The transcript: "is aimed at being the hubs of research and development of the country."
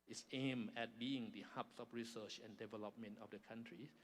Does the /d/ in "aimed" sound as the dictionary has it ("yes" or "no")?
no